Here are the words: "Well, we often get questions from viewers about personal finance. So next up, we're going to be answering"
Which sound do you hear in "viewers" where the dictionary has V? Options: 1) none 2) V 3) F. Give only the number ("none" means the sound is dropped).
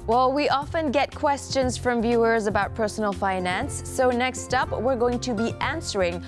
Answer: 2